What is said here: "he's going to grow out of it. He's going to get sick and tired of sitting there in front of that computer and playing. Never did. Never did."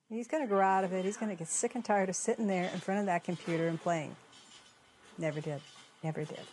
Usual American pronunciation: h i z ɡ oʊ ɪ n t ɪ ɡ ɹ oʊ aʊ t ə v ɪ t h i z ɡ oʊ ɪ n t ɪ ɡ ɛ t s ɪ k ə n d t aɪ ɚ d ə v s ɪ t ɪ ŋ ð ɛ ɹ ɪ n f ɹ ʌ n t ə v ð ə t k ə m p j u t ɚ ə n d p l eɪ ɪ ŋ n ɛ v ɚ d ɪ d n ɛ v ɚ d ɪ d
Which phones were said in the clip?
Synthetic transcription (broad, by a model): h i z ɡ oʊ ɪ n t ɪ ɡ oʊ aʊ t ə v ɪ t h i z ɡ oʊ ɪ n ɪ ɡ ɛ t s ɪ k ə n t aɪ ɚ d ə v s ɪ t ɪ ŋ ð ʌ ɹ ɪ n f ɹ ʌ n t ə v ð ə t k ə m p j u t ɚ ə n p l eɪ ɪ ŋ n ɛ v ɚ d ɪ d n ɛ v ɚ d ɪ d